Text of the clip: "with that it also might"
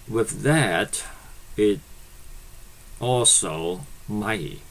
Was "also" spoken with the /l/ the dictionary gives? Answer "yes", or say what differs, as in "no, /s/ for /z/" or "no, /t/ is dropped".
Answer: yes